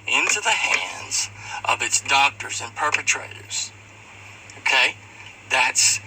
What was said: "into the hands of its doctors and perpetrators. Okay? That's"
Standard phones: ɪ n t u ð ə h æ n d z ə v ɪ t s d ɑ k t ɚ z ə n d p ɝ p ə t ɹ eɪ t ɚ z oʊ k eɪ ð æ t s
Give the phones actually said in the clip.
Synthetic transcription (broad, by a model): ɪ n t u ð ə h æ n d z ə v ɪ t s d ɑ k t ɚ z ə n p ɝ p ə t ɹ eɪ t ɚ z oʊ k eɪ ð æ t s